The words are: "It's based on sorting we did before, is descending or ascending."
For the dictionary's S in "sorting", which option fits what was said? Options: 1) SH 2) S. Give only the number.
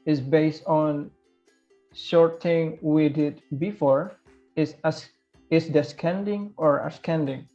1